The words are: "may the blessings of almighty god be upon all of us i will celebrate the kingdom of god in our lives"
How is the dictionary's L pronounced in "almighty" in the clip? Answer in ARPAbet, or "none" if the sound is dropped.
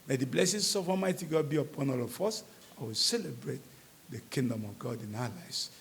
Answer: none